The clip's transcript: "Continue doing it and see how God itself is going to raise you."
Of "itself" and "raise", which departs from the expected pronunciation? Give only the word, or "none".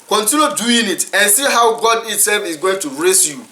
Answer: raise